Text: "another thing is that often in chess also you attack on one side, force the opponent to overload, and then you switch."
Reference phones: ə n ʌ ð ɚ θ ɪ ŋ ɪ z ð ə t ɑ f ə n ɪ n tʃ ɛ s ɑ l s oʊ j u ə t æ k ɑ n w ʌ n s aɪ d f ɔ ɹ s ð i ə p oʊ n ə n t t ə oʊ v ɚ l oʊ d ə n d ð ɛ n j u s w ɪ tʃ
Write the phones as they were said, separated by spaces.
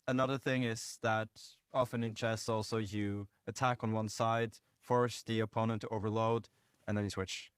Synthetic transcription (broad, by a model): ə n ʌ ð ɚ θ ɪ ŋ ɪ z ð ə t ɑ f ə n ɪ n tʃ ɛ s ɑ l s oʊ j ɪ ə t æ k n w ʌ n s aɪ d f ɔ ɹ s ð i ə p oʊ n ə n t t ə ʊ v ɚ l oʊ d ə n ð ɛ n j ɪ s w ɪ tʃ